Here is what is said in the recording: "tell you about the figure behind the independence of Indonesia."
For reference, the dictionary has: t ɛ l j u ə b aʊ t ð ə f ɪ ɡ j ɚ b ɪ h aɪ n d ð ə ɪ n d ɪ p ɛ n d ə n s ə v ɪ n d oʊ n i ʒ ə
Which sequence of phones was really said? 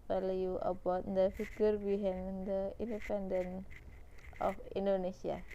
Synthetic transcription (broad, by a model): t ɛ l j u ə b aʊ t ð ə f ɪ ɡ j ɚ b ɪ h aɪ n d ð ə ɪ n d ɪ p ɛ n d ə n ə f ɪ n d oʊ n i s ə